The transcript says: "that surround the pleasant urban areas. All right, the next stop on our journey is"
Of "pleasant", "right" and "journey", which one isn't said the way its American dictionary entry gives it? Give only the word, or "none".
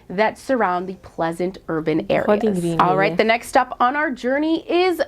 none